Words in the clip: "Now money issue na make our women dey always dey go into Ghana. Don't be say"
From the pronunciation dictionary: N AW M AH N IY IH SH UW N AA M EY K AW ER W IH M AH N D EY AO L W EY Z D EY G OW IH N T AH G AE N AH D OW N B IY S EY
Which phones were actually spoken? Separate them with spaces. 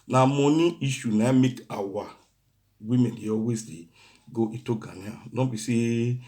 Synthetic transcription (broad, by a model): N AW M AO N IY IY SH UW N AA M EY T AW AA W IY M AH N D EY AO W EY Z D EY G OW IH T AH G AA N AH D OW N B IY S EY